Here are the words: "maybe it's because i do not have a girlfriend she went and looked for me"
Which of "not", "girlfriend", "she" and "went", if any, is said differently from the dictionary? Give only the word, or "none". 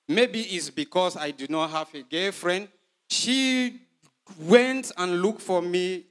girlfriend